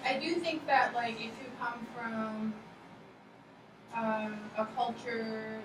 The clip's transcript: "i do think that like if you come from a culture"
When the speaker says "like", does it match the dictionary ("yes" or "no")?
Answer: yes